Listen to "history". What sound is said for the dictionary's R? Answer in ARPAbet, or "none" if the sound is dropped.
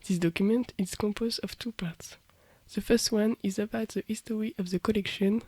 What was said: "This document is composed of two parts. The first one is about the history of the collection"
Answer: W